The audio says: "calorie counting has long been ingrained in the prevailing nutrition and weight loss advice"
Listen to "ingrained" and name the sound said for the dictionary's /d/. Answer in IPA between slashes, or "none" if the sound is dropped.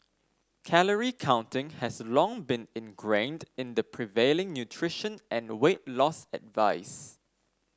/d/